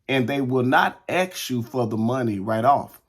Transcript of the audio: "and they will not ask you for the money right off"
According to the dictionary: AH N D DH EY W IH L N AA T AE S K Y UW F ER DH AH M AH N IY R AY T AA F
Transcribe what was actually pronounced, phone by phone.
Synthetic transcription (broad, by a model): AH N DH EY W IH L N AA T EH K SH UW F ER DH AH M AH N IY R AY T AA F